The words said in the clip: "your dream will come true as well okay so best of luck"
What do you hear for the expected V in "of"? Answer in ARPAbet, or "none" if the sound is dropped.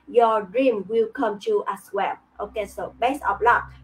P